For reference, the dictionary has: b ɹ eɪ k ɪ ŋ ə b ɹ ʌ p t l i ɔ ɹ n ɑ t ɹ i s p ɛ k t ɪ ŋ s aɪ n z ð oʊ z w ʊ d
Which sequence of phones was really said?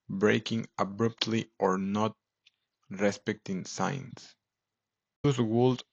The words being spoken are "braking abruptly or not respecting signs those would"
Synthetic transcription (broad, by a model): b ɹ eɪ k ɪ ŋ ə b ɹ ʌ p t l i ɔ ɹ n ɑ t ɹ i s p ɛ k t ɪ ŋ s aɪ n s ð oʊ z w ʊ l